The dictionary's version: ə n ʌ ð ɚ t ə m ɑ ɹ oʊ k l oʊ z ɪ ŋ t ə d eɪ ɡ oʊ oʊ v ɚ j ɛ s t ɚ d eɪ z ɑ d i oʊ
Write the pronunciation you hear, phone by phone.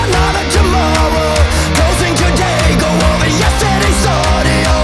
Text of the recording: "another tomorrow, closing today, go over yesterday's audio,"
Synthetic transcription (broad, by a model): n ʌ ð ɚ t ə m ɑ ɹ oʊ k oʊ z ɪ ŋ t ə d eɪ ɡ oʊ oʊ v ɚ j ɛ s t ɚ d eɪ s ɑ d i